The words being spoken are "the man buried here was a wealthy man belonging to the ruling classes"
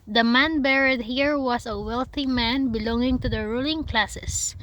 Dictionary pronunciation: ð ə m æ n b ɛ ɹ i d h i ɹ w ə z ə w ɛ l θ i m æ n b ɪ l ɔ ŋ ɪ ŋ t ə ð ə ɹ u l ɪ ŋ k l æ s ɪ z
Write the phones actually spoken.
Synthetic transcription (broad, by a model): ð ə m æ n b ɛ ɹ i d h i ɹ w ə s ə w ɛ l θ i m æ n b ɪ l ɔ ŋ ɪ ŋ t ə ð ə ɹ u l ɪ ŋ k l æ s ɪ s